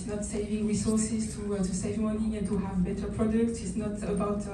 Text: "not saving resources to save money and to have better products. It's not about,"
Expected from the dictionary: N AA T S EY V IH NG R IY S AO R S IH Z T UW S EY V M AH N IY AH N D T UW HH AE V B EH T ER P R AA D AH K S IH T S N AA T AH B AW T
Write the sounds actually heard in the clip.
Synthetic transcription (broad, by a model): N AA T S EY V IH NG R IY S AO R S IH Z T UW S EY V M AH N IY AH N T UW HH AE V B EH T ER P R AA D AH K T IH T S N AA T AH B AW T